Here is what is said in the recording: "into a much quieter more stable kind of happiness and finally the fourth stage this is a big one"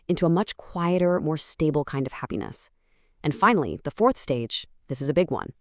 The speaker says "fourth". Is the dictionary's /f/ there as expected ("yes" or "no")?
yes